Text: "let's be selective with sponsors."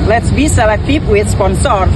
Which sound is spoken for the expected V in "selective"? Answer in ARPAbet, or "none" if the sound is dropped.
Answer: P